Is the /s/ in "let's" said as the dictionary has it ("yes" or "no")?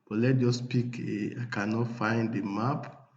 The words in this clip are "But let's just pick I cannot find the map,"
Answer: no